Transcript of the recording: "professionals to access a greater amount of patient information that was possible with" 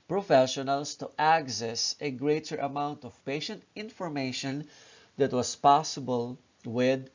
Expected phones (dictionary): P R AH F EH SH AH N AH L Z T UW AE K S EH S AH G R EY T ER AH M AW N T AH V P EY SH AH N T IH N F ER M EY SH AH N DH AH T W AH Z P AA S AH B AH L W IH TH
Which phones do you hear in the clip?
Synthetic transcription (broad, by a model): P R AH F EH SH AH N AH L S T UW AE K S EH S AH G R EY T ER AH M AW N T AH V P EY SH AH N T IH N F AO M EY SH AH N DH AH T W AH S P AA S AH B AH L W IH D